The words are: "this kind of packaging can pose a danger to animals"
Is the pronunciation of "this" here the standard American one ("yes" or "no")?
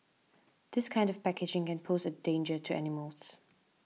yes